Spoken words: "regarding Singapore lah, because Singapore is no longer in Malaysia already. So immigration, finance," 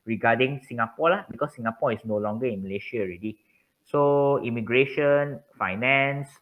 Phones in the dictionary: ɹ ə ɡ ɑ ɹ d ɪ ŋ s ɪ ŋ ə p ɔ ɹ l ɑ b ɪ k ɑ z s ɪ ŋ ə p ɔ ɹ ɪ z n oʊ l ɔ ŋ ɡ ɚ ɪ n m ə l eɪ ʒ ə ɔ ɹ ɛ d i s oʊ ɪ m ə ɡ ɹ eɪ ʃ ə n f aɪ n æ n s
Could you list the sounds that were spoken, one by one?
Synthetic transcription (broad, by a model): ɹ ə ɡ ɑ d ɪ ŋ s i ŋ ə p ɔ l ɑ b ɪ k ɑ s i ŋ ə p ɔ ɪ s n oʊ l ɔ ŋ ɡ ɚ ɪ n m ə l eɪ ʃ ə ɔ ɹ ɛ d i s oʊ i m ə ɡ ɹ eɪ ʃ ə n f aɪ n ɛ n s